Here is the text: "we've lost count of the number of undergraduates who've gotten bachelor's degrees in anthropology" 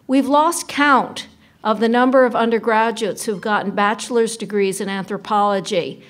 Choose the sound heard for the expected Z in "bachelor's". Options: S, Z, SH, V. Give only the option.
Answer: Z